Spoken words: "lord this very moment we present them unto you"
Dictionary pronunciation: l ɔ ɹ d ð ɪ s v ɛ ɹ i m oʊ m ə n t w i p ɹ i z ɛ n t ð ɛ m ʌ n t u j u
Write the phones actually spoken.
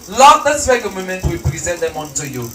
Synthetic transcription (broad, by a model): l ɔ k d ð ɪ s w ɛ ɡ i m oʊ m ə n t w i p ɹ i z ɛ n t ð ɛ m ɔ n t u j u